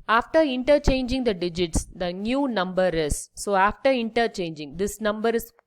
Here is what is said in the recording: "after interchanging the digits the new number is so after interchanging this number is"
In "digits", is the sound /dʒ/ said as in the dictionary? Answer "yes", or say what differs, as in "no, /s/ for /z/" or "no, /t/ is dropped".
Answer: yes